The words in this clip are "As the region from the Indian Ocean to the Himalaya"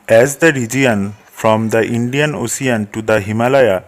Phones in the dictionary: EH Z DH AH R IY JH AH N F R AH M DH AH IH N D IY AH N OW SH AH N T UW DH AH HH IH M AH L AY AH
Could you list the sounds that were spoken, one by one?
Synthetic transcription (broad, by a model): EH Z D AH R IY JH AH N F R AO M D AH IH N D IY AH N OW S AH N T UW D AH HH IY M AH L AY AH